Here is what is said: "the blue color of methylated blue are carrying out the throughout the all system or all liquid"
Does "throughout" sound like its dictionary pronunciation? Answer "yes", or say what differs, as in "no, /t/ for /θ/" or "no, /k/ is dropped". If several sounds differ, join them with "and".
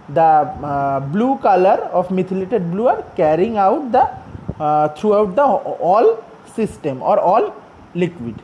no, /t/ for /θ/